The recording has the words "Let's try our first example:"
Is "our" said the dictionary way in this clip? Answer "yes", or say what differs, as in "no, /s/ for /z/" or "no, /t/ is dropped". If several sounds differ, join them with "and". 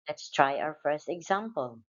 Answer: no, /w/ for /ɹ/